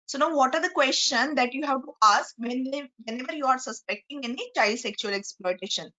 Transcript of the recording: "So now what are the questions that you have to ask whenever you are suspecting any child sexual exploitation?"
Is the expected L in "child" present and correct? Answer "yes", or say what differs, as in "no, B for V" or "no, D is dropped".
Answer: yes